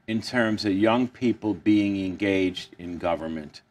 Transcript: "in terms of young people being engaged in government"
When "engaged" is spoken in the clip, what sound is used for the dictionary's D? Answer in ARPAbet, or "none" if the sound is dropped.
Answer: D